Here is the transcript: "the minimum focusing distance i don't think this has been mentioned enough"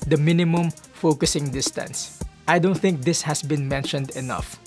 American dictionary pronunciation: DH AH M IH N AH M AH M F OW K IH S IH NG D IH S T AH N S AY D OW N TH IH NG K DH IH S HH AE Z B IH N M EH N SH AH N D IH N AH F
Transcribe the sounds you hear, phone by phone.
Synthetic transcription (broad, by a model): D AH M IH N AH M AH M F OW K IH S IH NG D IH S T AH N S AY D OW N TH IH NG K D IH S HH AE S B IH N M EH N SH AH N D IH N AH F